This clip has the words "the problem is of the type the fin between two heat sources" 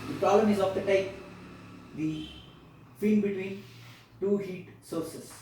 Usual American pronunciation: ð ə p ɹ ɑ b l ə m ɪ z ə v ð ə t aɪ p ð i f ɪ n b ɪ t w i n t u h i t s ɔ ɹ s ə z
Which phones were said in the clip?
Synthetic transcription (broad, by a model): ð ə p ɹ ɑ l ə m ɪ z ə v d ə t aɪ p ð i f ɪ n b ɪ t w i n t u h i t s ɔ ɹ s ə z